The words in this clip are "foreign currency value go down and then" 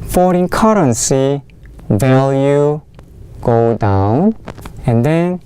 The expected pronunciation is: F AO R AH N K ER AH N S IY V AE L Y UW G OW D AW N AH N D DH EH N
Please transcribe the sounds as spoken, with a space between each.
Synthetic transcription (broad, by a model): F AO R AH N K ER AH N S IY V AE L Y UW G OW D AW N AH N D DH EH N